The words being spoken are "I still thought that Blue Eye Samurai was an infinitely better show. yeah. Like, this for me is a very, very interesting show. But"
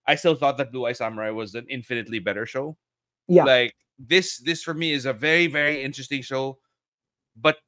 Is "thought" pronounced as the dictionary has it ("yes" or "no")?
yes